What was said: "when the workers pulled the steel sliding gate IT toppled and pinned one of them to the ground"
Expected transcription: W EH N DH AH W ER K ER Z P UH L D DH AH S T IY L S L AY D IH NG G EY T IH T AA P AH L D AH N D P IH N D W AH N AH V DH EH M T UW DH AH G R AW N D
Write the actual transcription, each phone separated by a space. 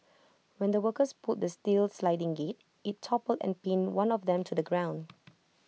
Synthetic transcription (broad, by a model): W EH N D AH W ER K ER S P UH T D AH S T IY L S L AY D IH NG G EY T IH T AA P AH L D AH N P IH N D W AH N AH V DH EH M T UW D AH G R AW N D